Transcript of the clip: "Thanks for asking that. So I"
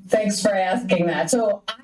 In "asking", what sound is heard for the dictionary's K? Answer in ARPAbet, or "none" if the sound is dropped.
K